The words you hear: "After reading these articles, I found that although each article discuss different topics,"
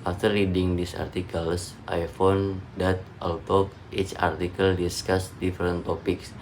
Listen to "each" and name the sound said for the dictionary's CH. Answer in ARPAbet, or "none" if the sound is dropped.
CH